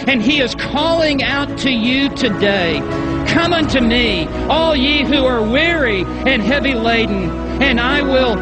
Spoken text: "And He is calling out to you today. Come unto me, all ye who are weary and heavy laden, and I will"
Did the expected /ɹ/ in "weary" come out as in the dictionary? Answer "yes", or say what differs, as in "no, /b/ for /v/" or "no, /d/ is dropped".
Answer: yes